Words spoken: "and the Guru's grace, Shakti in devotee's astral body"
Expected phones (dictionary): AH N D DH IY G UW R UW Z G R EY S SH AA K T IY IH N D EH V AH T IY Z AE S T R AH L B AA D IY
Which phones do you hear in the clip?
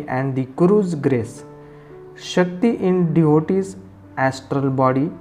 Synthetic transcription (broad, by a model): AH N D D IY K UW R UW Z G R EY S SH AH K T IY IH N D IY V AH T IY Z AE S T R AH L B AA D IY